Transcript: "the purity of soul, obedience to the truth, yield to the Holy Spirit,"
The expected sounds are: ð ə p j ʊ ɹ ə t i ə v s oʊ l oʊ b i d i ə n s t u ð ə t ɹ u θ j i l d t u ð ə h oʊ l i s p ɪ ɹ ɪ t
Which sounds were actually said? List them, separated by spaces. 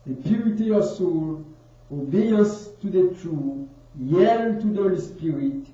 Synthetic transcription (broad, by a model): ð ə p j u ɹ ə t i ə s oʊ l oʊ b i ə s t u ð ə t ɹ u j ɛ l t u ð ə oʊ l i s p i ɹ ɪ t